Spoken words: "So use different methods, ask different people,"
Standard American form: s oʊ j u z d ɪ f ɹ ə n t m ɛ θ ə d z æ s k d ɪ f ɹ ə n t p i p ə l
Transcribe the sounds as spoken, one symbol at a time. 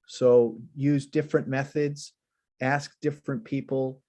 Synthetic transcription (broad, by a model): s oʊ j u z d ɪ f ɹ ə n m ɛ θ ə d z æ s k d ɪ f ɹ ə n p i p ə l